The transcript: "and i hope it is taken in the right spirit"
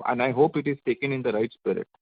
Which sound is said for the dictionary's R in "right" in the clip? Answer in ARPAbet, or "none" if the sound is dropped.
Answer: R